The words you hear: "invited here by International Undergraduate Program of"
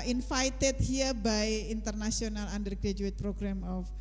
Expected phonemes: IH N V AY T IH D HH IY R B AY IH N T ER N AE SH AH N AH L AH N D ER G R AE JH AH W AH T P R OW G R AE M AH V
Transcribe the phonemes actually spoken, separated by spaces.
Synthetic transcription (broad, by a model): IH N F AY T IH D HH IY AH B AY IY N T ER N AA S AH N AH L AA N D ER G R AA JH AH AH T P R OW G R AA M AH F